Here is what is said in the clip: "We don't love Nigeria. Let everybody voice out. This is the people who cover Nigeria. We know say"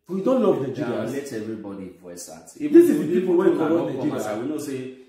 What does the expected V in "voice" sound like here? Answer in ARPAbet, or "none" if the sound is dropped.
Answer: P